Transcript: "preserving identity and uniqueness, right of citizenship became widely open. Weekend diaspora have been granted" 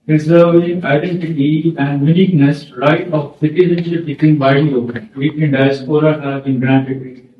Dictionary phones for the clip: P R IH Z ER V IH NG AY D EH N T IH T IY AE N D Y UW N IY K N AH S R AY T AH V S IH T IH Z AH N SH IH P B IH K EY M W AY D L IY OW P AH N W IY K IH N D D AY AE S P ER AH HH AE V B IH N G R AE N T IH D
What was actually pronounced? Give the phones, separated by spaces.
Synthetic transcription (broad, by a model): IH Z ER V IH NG AY D EH N T IH T IY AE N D Y UW N IY K N AH S R AY T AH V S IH T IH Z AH N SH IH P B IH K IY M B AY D IY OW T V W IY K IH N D D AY S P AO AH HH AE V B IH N G R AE N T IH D